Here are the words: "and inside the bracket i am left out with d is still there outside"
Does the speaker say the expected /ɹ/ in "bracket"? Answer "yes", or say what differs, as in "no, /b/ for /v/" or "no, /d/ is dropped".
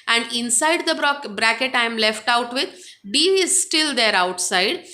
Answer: yes